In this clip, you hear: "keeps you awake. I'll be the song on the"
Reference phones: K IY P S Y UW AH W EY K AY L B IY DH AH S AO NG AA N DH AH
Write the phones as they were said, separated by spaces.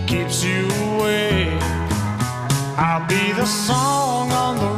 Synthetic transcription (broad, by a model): K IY P S Y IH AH W EY AY L B IY DH AH S AO NG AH N DH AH